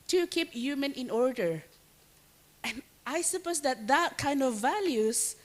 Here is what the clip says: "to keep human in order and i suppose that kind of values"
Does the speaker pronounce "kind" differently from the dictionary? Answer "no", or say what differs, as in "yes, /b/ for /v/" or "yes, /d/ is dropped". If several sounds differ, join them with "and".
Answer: no